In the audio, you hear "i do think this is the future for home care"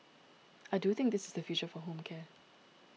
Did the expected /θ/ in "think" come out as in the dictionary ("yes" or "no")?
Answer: yes